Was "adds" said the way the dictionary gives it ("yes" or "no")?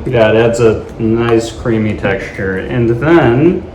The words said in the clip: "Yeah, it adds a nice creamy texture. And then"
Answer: yes